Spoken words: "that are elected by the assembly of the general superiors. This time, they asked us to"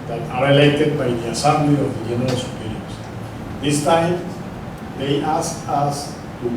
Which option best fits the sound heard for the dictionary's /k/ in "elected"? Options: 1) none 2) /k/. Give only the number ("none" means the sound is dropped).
1